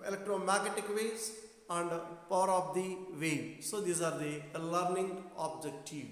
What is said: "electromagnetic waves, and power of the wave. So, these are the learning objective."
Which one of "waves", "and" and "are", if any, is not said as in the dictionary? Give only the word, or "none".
waves